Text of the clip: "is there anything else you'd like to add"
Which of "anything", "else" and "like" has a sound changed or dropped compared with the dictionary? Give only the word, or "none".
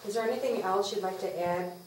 none